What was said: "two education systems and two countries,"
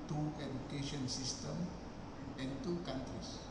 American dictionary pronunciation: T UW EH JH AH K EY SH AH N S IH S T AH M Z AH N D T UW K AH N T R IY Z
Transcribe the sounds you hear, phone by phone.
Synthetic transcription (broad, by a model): T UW EH JH AH K EY SH AH N S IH S T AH M AH N T UW K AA N T R IY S